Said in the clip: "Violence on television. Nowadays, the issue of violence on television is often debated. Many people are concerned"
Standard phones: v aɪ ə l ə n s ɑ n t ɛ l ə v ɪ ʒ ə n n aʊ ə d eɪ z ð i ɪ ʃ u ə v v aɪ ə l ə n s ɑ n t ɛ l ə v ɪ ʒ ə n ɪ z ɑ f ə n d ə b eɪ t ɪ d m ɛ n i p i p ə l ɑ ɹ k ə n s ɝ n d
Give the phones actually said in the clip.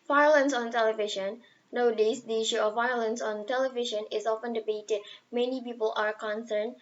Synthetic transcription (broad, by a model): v aɪ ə l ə n s ɑ n t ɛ l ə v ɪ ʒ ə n n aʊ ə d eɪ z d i ɪ ʃ u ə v v aɪ ə l ə n s ɑ n t ɛ l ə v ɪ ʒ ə n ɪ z ɑ f ə n d ə b eɪ t ɪ d m ɛ n i p i p ə l ɑ ɹ k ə n s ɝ n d